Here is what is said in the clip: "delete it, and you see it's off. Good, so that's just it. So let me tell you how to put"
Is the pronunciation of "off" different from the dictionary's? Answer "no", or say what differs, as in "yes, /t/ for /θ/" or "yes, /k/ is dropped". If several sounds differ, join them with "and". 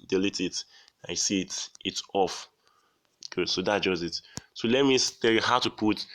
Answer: no